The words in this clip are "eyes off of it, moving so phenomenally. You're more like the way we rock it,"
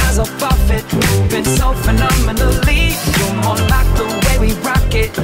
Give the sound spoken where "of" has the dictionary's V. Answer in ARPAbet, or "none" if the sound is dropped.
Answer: F